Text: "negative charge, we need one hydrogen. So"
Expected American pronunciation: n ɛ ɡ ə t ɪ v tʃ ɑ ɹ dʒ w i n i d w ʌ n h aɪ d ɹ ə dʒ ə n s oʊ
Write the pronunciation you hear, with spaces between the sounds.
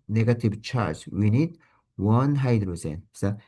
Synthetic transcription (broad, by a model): n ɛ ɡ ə t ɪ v tʃ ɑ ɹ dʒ w i n i d w ʌ n h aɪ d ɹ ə z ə n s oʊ